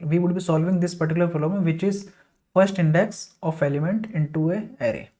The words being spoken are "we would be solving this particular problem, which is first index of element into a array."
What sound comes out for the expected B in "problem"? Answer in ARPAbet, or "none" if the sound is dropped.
none